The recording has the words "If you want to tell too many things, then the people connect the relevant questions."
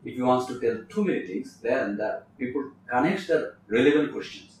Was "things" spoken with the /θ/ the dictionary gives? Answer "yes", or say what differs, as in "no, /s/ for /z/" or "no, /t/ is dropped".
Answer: no, /t/ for /θ/